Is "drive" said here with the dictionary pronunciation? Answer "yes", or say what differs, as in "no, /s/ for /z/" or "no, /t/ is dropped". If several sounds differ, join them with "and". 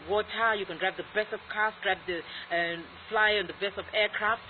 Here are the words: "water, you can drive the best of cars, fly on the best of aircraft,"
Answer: no, /p/ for /v/